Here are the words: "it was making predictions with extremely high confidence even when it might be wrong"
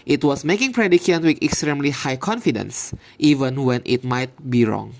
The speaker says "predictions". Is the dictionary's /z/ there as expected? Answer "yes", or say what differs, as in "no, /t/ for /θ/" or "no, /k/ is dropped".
no, /z/ is dropped